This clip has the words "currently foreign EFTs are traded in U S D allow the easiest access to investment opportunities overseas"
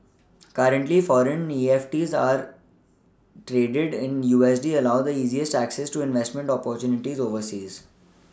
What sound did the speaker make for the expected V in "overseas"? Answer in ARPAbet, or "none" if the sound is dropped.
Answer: V